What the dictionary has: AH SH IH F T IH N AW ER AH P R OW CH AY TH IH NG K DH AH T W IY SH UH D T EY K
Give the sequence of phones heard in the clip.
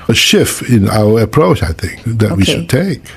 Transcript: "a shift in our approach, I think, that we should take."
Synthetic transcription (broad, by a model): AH SH IH F T IH N AW ER AH P R OW CH AY TH IH NG K DH AH T W IY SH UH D T EY K